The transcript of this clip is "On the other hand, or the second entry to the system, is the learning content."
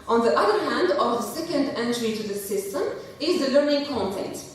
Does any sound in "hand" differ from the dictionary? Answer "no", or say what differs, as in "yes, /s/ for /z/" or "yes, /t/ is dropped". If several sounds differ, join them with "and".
no